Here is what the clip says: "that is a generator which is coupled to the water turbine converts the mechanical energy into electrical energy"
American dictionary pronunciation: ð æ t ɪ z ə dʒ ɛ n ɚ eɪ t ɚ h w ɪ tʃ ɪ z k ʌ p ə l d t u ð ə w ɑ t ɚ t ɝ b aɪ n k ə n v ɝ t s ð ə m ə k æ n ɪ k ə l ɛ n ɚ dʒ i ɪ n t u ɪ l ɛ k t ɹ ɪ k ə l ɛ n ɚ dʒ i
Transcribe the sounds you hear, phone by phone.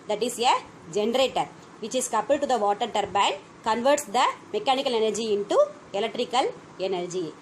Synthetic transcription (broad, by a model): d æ t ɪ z ə dʒ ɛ n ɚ eɪ t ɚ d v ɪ tʃ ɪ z k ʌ p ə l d t u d ə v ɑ t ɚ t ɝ b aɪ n k ə n v ɝ t s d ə m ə k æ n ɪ k ə l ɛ n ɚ dʒ i ɪ n t u ɪ l ɛ k t ɹ ɪ k ə l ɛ n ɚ dʒ i